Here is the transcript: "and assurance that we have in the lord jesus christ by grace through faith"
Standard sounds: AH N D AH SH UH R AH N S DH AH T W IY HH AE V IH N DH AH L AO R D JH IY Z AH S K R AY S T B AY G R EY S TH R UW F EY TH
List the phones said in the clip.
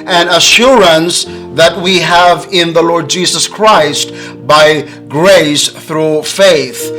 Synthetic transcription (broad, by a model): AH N AH SH UH R AH N S DH AH T W IY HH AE V IH N DH AH L AO R D JH IY Z AH S K R AY S T B AY G R EY S TH R UW F EY TH